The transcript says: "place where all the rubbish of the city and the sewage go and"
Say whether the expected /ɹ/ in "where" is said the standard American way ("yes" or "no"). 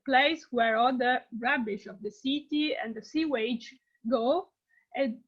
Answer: yes